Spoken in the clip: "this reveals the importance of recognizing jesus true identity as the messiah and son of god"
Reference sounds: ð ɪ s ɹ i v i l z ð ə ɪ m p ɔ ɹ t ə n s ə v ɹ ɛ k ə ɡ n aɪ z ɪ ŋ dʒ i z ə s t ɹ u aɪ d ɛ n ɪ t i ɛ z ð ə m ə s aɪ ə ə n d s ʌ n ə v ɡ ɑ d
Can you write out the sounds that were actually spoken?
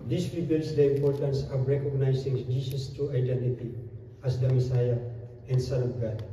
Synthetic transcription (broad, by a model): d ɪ s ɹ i b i l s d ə ɪ m p ɔ ɹ t ə n s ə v ɹ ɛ k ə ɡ n aɪ s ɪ ŋ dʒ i s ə s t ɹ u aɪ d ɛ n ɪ t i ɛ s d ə m ə s aɪ ə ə n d s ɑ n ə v ɡ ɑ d